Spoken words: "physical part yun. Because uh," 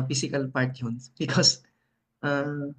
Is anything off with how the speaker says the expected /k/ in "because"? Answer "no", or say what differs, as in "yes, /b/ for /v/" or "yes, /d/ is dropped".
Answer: no